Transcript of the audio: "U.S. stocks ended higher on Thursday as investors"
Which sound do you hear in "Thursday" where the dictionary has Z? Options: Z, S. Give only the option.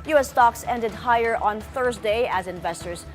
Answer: Z